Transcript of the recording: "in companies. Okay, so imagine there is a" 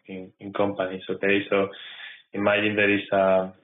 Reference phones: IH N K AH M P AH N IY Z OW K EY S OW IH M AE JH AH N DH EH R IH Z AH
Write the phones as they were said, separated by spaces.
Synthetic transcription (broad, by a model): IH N K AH M P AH N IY S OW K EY S OW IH M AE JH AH N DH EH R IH S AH